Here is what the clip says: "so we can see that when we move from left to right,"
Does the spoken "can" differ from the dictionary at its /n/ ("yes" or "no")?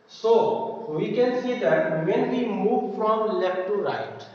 no